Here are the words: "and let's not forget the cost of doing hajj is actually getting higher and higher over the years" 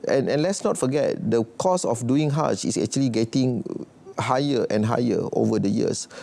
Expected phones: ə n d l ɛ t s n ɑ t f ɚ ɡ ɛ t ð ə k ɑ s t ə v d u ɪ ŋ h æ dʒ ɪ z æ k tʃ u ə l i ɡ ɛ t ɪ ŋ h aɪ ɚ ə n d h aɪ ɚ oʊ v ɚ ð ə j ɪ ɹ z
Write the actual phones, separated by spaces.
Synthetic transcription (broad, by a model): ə n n l ɛ t s n ɑ t f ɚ ɡ ɛ t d ə k ɑ s ə f d u ɪ ŋ h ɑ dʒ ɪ s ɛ k tʃ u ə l i ɡ ɛ t ɪ ŋ h aɪ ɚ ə n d h aɪ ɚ oʊ v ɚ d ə j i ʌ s